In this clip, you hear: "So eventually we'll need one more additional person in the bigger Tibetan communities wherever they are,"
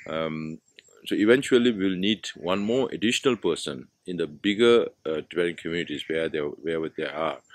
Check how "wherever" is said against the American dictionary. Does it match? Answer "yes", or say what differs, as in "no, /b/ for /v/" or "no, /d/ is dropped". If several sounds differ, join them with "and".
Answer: no, /w/ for /v/